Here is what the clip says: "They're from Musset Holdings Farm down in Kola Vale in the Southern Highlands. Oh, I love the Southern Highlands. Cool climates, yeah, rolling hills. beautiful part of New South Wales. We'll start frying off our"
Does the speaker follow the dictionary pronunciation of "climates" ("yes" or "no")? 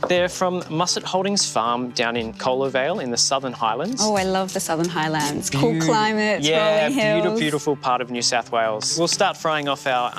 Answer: no